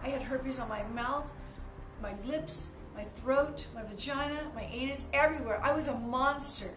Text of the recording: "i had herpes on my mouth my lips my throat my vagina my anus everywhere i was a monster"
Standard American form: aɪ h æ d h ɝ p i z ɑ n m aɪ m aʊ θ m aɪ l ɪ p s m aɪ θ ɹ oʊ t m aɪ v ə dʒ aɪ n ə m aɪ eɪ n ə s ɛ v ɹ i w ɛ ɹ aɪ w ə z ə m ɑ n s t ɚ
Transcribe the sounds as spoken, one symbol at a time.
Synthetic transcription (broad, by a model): aɪ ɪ d h ɝ b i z n m aɪ m aʊ θ m aɪ l ɪ p s m aɪ θ ɹ oʊ t m aɪ v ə dʒ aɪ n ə m aɪ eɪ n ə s ɛ v ɹ i w ɛ ɹ aɪ w ə z ə m ɑ n s t ɚ